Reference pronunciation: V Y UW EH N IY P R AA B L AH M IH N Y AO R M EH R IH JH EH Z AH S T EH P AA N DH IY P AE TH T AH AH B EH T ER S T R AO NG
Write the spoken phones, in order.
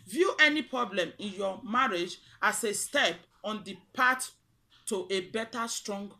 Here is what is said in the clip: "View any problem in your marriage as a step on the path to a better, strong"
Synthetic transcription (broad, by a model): V Y UW EH N IY P R AA B L AH M IH N Y AO M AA R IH JH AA S AH S T EH P AA N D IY P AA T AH AH B EH T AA S T R AO NG